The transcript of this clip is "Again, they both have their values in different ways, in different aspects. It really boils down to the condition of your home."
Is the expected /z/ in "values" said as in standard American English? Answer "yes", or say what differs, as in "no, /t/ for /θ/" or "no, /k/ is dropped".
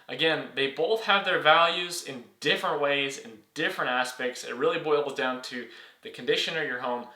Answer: yes